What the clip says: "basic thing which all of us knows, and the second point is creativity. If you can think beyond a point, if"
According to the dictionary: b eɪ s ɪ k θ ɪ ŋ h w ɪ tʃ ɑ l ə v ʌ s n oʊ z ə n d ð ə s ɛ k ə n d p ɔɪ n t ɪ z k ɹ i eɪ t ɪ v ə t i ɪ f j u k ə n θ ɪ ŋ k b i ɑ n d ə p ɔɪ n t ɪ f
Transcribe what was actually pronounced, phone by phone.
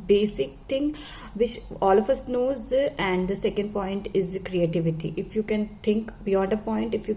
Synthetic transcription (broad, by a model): b eɪ s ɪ k t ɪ ŋ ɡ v ɪ tʃ ɑ l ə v ʌ s n oʊ z ə n d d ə s ɛ k ə n d p ɔɪ n t ɪ z k ɹ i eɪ t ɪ v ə t i ɪ f j u k ə n t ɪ ŋ k b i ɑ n d ə p ɔɪ n t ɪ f